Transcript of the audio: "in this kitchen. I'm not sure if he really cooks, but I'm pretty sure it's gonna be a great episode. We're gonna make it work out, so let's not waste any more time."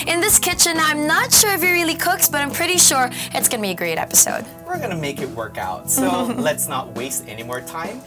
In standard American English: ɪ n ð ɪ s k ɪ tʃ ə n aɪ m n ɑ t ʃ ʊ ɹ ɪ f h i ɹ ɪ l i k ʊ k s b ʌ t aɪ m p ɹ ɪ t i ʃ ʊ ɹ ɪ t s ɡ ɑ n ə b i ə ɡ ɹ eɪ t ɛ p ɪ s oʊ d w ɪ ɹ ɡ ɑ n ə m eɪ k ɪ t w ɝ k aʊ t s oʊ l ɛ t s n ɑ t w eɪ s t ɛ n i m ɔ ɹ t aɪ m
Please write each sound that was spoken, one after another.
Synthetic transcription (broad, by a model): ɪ n ð ɪ s k ɪ tʃ ə n aɪ m n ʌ t ʃ ʊ ɹ ɪ f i ɹ ɪ l i k ʊ k s b ʌ t aɪ m p ɹ ɪ t i ʃ ʊ ɹ ɪ t s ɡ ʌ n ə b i ə ɡ ɹ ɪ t ɛ p ɪ s oʊ d w ɪ ɹ ɡ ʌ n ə m eɪ k ɪ t w ɝ k aʊ t s oʊ l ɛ t s n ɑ t w eɪ s t ɛ n i m ɔ ɹ t aɪ m